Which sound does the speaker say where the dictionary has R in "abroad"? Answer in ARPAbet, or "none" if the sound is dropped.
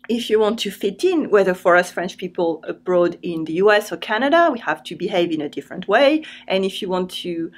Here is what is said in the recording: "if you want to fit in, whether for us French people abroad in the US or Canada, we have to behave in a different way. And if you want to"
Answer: R